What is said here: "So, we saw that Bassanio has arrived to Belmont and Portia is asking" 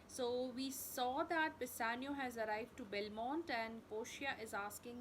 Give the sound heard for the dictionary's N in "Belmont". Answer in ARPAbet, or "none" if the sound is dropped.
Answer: N